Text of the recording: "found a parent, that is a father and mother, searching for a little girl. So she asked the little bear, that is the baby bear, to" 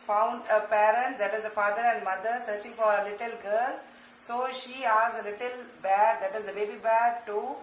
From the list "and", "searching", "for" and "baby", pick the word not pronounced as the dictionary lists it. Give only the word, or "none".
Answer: none